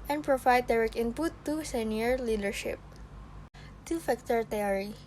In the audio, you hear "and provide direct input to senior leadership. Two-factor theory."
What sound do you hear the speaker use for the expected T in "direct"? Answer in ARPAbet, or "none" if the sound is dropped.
none